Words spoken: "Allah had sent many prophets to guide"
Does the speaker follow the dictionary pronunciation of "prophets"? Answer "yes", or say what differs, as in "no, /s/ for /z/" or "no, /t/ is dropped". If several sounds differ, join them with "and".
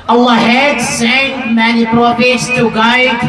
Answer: no, /p/ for /f/